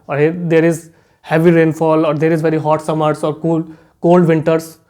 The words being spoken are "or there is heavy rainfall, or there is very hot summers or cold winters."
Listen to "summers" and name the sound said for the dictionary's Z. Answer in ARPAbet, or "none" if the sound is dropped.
S